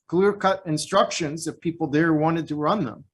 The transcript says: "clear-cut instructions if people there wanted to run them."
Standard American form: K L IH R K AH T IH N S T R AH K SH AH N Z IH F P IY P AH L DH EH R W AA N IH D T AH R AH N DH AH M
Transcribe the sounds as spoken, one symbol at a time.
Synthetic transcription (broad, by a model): K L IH R K AH T IH N S T R AH K SH AH N Z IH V P IY P L DH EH R W AA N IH D T AH R AH N DH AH M